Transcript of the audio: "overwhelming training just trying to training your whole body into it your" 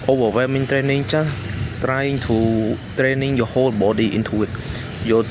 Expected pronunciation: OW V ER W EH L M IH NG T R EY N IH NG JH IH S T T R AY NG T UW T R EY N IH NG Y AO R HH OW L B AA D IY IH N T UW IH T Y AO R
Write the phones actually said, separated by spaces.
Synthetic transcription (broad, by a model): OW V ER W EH M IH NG T R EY N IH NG CH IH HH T R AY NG T UW T R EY N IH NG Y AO HH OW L B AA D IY IH N T UW IH T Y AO